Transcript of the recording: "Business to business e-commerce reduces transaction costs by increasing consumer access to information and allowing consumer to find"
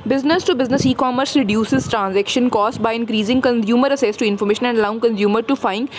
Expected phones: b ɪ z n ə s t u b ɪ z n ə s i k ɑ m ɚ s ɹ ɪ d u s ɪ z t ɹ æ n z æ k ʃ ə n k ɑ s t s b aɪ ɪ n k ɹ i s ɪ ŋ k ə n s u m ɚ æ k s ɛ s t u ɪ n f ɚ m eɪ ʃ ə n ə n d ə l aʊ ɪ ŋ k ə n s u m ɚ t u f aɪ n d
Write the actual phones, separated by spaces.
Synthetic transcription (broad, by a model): b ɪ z n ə s t u b ɪ z n ə s i k ɑ m ɚ s ɹ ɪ d u s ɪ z t ɹ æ n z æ k ʃ ə n k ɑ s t b aɪ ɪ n k ɹ i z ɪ ŋ k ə n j u m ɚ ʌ s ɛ s t u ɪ n f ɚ m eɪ ʃ ə n ə n d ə l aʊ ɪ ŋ k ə n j u m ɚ t u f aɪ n